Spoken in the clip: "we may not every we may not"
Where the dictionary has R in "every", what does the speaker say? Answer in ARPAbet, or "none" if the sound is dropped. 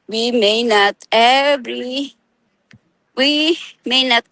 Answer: L